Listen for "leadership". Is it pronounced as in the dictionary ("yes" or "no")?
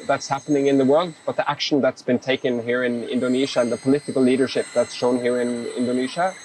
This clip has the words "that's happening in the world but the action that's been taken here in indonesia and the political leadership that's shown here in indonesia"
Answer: yes